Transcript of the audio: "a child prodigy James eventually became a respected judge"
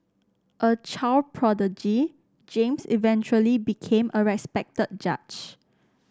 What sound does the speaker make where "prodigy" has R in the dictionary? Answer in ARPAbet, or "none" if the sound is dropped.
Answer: R